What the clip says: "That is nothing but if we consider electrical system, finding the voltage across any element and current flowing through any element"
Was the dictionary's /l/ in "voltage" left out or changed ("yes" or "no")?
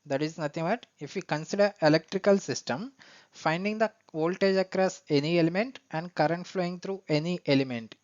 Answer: no